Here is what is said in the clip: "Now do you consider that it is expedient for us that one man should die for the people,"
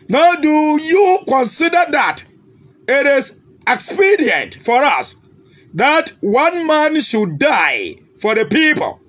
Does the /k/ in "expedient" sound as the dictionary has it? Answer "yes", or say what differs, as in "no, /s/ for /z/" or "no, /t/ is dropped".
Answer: yes